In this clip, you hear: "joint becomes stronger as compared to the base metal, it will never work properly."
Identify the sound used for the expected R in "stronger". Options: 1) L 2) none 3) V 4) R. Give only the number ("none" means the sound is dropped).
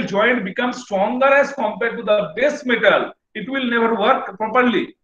4